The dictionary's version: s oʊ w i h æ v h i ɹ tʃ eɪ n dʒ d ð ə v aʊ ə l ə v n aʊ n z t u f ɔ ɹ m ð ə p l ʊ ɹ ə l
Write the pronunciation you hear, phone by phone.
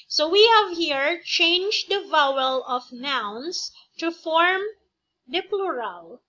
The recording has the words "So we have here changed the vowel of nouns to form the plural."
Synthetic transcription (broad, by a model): s oʊ w i h æ v h i ɹ tʃ eɪ n dʒ d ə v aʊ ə l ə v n aʊ n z t u f ɔ ɹ m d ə p l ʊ ɹ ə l